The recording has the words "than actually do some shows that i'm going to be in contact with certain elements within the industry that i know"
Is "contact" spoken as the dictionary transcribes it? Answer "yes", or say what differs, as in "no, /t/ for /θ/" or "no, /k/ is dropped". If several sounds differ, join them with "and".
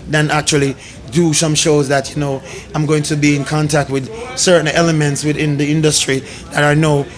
yes